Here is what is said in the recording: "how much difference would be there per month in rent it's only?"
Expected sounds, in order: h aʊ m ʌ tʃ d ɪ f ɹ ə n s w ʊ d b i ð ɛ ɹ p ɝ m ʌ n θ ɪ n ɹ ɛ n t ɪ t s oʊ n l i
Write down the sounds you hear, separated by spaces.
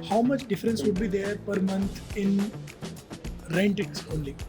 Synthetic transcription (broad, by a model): h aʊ m ʌ tʃ d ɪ f ɹ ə n s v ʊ d b i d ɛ ɹ p ɝ m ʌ n t ɪ n ɹ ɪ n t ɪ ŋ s oʊ n l i